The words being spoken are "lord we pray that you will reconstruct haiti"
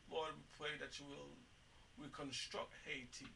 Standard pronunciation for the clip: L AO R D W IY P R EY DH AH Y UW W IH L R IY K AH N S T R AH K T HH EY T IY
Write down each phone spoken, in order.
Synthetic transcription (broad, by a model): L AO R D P L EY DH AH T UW W IH L R IY K AH N S T R AH K T HH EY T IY